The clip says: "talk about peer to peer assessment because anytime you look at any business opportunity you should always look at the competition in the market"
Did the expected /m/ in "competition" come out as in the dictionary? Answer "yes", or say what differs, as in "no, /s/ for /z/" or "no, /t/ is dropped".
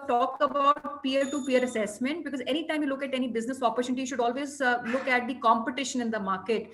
yes